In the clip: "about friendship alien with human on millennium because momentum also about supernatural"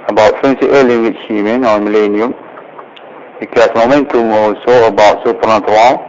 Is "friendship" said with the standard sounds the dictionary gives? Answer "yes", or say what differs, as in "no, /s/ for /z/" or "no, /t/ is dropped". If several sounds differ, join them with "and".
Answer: no, /s/ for /ʃ/ and /p/ is dropped